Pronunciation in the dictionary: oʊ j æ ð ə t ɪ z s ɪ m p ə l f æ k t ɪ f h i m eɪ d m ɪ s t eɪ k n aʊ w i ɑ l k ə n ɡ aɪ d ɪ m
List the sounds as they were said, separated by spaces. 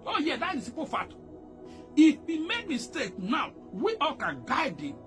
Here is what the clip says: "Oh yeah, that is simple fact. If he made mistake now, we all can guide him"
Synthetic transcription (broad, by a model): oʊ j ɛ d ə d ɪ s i p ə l f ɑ t ɪ f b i m eɪ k m ɪ s t eɪ k n aʊ w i ɑ l k ə n ɡ aɪ d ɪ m